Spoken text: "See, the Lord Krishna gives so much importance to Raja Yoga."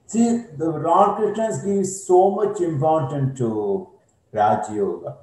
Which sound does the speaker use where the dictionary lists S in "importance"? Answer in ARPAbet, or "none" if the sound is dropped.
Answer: none